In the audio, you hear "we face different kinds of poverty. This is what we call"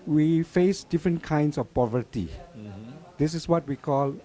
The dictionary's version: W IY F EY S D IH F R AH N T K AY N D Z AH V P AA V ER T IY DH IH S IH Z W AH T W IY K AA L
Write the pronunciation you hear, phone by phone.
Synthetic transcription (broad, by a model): W IY F EY S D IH F R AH N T K AY N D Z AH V P AA V ER T IY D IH S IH S W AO T W IY K AA L